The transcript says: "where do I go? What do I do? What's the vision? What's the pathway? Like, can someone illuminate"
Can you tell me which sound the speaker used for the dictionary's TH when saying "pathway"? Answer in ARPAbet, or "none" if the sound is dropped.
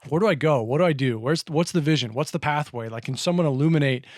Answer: TH